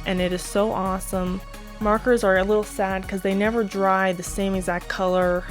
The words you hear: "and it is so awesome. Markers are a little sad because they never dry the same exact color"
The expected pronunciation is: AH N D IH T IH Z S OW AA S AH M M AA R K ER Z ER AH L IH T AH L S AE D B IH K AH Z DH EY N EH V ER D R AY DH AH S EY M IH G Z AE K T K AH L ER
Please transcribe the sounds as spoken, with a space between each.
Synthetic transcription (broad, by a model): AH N IH T IH Z S OW AA S AH M M AA R K ER Z ER AH L IH T L S AE D K AH Z DH EY N EH V ER D R AY DH AH S EY M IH G Z AE K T K AH L ER